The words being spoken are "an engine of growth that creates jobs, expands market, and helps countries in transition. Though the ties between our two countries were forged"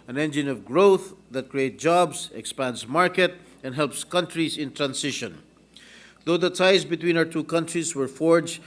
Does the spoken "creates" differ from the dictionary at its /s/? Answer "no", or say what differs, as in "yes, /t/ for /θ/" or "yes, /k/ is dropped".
yes, /s/ is dropped